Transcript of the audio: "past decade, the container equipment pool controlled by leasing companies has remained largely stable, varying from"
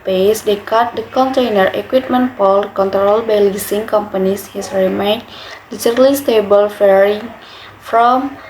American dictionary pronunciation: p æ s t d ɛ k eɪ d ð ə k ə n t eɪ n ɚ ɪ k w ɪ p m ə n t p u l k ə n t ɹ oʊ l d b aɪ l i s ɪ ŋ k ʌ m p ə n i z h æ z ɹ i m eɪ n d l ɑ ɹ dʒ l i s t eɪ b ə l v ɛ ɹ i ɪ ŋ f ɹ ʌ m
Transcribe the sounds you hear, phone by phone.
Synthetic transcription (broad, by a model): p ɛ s d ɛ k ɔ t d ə k ə n t eɪ n ɚ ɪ k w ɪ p m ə n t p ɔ l k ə n t ɹ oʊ l b aɪ l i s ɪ ŋ k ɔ m p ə n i s h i s ɹ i m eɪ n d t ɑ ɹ l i s t eɪ b ə l f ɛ ɹ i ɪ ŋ f ɹ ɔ m